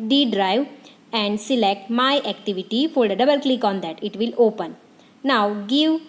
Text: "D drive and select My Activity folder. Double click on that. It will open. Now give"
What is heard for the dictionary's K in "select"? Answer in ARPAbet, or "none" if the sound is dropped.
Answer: K